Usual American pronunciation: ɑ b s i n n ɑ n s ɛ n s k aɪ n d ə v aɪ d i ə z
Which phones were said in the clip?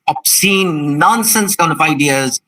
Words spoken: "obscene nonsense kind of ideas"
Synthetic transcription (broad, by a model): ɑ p s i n n ɑ n s ɛ n s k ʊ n ə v aɪ d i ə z